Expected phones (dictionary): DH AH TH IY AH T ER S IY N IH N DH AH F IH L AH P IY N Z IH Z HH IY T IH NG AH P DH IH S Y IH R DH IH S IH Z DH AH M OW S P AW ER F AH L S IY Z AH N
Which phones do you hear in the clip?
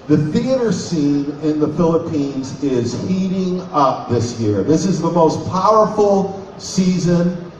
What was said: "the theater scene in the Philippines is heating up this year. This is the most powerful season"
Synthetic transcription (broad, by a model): DH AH TH IY AH T ER S IY N IH N DH AH F IH L AH P IY N Z IH Z HH IY T IH NG AH P DH IH S Y IH R DH IH S IH Z DH AH M OW S P AW ER F L S IY Z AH N